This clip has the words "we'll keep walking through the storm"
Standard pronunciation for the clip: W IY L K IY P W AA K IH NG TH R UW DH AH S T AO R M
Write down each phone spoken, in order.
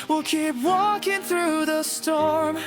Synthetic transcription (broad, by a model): W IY L K IY P W AA K IH NG TH R UW DH AH S T AO R M